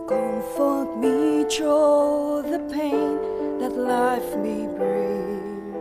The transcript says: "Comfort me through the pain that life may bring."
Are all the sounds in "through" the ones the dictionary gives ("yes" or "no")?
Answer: no